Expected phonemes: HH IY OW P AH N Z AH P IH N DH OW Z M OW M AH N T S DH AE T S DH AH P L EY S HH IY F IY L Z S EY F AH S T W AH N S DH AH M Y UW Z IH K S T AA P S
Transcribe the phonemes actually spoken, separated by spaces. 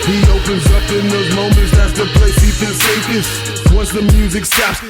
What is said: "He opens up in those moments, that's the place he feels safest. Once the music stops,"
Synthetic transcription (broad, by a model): HH IY OW P AH N Z AH P IH N DH OW Z M OW M AH N T S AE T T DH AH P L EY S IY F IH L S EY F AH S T W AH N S DH AH M Y UW Z IH K S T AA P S